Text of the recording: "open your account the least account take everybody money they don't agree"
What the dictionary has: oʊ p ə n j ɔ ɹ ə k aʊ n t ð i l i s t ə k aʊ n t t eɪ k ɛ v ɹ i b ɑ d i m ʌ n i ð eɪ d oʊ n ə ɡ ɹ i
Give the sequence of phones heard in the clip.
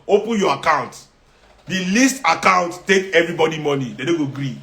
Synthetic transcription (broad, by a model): oʊ p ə n j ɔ ə k aʊ n t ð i l i s t ə k aʊ n t t eɪ k ɛ v ɹ i b ɑ d i m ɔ n i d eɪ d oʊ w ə ɡ ɹ i